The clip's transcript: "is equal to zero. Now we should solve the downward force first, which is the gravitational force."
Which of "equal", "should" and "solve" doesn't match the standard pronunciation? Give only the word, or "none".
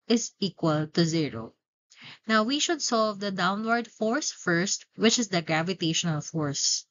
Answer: none